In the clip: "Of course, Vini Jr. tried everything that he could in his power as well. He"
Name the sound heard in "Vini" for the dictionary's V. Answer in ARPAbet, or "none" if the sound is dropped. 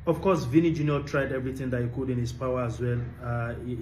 V